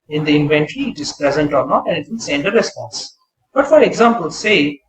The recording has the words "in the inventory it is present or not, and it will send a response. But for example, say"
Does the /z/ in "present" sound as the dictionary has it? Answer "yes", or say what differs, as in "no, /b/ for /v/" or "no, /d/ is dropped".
yes